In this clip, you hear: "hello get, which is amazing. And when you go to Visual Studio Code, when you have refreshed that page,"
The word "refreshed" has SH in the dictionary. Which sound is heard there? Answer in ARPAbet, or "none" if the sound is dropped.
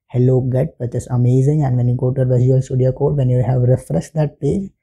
S